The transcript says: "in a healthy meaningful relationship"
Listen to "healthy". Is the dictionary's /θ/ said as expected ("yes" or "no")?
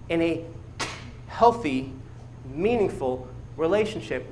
yes